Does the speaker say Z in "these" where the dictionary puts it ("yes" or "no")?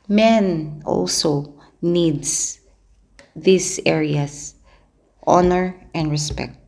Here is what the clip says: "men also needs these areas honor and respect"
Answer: no